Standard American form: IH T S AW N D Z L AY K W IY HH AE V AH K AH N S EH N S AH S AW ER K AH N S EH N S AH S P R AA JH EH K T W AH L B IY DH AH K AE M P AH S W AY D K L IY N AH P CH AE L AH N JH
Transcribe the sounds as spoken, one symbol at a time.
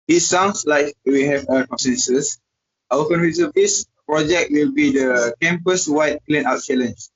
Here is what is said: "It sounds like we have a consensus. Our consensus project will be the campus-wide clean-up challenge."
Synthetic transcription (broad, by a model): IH T S AW N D S L AY K W IY HH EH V AH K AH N S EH N S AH S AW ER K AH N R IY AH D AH S P R AA JH EH K T W AH L B IY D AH K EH M P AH S W AY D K L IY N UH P CH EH L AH N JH